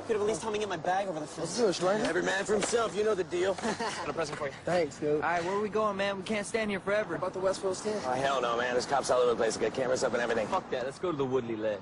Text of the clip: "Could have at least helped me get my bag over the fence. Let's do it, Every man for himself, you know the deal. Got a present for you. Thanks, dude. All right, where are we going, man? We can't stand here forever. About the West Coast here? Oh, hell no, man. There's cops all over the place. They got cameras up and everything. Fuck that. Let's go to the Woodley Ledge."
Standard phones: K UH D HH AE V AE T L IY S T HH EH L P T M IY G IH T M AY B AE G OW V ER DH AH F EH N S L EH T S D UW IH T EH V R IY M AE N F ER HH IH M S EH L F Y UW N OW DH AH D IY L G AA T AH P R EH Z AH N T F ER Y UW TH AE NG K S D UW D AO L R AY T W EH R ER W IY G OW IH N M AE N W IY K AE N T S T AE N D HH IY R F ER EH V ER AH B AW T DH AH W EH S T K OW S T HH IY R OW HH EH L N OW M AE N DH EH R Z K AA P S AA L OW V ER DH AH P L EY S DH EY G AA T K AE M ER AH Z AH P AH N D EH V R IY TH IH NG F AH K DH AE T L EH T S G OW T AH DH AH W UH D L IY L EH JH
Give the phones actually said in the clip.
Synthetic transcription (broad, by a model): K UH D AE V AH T L IY S T HH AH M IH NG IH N M AY B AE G OW V ER DH AH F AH S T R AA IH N EH V R IY M AE N F ER HH IH M S EH L F Y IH N OW DH AH D IY L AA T AH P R EH Z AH N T F ER Y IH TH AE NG K S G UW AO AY W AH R W IY G OW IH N M AE N W IY K AE N T S T AE N D HH IY R F ER EH V ER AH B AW T DH AH W EH S T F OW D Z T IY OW HH EH L N OW M AE N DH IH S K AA P S AA L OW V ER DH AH P L EY S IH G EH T K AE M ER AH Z AH P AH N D EH V R IY TH IH NG F AH K DH AE T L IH T S G OW T AH DH AH W UH D L IY L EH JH